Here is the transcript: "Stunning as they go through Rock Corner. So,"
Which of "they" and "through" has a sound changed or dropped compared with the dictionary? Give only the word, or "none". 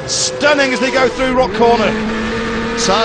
none